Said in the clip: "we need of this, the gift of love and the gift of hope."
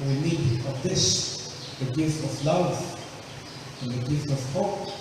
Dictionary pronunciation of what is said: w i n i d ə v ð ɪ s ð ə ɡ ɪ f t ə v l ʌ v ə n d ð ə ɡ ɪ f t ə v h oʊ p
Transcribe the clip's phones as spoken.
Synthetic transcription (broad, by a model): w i n i d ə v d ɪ ʃ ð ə ɡ ɪ f t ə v l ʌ w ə n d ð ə ɡ ɪ f t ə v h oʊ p